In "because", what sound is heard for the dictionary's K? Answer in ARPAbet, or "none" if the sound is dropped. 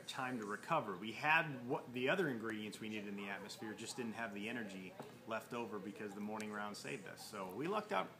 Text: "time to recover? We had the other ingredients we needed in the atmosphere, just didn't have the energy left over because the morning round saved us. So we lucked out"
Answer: K